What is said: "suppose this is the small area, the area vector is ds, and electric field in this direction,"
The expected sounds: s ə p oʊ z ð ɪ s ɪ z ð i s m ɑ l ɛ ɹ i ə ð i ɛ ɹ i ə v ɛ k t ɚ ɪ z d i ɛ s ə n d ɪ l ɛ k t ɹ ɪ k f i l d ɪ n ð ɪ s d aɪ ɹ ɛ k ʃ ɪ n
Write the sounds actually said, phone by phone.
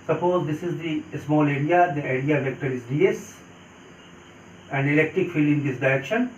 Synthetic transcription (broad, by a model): s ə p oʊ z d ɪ s ɪ z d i s m ɑ l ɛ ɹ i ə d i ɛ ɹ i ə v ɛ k t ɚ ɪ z d i ɛ s ə n d ɪ l ɛ k t ɹ ɪ k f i l ɪ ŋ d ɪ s d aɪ ɹ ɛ k ʃ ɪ n